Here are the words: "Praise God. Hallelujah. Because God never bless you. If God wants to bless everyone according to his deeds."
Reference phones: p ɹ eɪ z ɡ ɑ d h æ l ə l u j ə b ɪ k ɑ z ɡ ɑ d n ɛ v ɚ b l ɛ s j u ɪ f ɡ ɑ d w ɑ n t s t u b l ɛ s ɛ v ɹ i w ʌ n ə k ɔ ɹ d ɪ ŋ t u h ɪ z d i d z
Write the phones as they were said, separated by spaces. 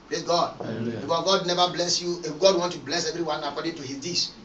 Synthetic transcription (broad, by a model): p ɹ eɪ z ɡ ɑ d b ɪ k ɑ ɡ ɑ d n ɛ v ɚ b l ɛ s j u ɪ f ɡ ɑ d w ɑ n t t u b l ɛ s ɛ v ɹ i w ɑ n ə k ɔ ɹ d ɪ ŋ t u h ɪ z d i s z